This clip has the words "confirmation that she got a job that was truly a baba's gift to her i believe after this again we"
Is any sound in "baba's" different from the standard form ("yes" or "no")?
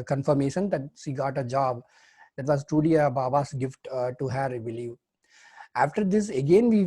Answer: yes